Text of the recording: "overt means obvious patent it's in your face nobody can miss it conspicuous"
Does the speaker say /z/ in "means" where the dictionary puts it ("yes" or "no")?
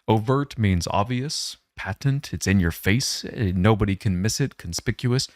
yes